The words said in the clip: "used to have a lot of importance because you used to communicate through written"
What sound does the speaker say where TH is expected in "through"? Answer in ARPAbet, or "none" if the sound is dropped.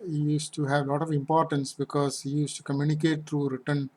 T